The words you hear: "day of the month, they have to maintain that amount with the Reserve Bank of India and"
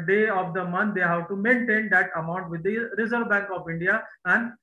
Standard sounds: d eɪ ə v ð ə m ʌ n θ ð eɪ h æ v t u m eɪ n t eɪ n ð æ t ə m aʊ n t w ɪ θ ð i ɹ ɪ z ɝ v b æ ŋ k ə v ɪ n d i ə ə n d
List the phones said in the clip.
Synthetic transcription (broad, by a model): d eɪ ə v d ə m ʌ n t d eɪ h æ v t u m eɪ n t eɪ n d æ t ə m aʊ n t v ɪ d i ɹ ɪ z ɝ v b æ ŋ k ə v ɪ n d i ə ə n d